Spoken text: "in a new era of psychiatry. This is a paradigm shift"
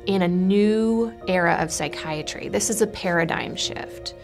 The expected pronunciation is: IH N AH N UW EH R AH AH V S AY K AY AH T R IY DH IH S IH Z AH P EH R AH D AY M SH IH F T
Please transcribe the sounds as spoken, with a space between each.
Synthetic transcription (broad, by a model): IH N AH N UW EH R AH AH V S AY K AY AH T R IY DH IH S IH Z AH P EH R AH D AY M SH IH F T